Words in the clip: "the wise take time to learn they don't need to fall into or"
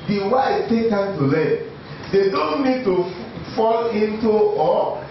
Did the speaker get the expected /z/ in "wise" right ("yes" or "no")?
no